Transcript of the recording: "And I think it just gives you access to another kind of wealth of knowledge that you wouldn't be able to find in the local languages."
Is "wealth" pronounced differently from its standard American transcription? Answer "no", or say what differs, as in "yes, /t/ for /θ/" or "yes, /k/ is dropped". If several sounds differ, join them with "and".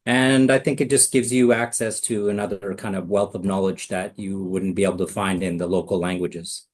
no